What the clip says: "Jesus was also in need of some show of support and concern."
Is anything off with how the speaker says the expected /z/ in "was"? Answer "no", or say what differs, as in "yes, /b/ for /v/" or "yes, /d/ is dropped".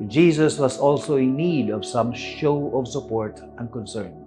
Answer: yes, /s/ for /z/